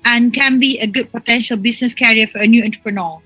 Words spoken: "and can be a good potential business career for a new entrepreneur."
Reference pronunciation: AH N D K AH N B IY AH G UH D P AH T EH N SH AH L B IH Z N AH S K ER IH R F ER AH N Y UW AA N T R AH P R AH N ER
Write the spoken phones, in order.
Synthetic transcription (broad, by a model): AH N K AH N B IY AH G UH D P AH T EH N SH AH L B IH S N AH S K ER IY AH F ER AH N Y UW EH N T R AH P R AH N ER